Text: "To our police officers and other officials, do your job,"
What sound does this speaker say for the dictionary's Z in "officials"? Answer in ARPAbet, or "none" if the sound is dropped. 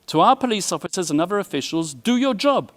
Z